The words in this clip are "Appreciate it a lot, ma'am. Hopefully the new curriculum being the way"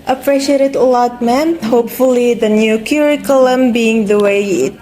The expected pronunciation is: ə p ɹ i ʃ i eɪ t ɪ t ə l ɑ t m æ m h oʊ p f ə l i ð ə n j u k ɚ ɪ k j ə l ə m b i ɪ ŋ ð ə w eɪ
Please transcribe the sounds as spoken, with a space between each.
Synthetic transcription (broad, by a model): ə p ɹ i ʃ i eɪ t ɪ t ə l ɑ t m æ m h oʊ p f ə l i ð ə n j u k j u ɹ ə l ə m b i ɪ ŋ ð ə w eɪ